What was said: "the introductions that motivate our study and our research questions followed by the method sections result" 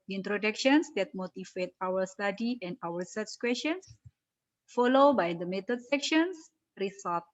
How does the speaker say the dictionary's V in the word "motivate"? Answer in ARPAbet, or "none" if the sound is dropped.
F